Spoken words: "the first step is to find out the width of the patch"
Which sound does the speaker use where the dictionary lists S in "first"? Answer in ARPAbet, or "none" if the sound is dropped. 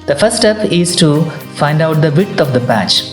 none